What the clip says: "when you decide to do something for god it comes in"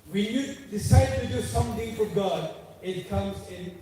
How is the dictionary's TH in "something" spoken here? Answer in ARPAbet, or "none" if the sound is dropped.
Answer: T